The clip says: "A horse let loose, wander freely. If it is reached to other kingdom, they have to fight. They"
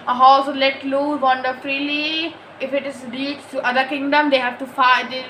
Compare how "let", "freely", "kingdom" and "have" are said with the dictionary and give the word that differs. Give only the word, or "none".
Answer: none